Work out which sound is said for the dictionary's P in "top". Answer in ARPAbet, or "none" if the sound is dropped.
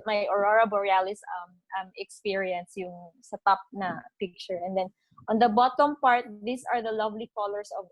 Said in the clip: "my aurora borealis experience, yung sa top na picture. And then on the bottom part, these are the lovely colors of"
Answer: P